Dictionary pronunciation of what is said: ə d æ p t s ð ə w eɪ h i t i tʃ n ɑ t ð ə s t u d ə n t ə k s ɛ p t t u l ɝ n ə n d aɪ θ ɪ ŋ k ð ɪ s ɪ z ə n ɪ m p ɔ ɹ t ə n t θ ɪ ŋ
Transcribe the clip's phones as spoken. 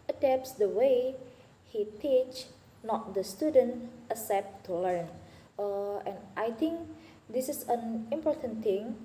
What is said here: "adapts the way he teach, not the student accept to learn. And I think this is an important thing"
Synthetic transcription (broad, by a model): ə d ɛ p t s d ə w eɪ h i t i tʃ n ɑ t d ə s t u d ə n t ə s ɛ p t t u l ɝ n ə n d aɪ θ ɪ ŋ k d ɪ s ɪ s ə n ɪ m p ɔ ɹ t ə n t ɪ ŋ